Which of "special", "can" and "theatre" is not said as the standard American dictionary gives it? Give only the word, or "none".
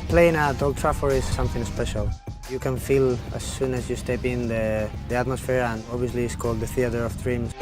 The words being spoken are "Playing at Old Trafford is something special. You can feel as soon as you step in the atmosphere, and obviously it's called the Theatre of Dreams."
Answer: none